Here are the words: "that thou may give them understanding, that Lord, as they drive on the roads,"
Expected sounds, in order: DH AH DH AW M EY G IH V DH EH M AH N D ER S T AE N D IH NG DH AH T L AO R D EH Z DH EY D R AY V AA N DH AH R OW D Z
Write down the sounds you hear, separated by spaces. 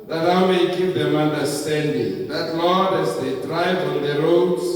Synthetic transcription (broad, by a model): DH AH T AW M EY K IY P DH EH M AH N D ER S T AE N D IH NG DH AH T L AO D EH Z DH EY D R AY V AA N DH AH R OW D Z